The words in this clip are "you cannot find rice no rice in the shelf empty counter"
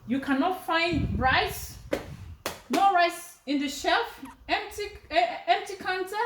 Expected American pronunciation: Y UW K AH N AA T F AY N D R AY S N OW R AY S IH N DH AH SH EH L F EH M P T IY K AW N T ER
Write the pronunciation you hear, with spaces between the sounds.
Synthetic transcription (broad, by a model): Y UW K AH N AA T F AY N D R AY S N OW R AY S IH N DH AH SH EH L F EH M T T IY K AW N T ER